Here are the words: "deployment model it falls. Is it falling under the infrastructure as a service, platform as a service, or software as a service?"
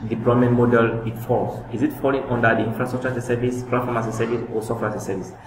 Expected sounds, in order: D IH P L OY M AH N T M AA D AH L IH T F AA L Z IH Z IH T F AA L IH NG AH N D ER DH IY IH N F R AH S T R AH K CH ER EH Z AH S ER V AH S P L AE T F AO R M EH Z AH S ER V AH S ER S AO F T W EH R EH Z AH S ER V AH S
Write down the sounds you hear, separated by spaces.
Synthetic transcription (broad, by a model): D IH P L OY M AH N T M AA D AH L IH T F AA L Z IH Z IH T F AA L IH NG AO N D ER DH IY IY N F R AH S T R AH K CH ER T AH S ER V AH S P EH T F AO M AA S AH S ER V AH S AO S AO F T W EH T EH AH S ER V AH S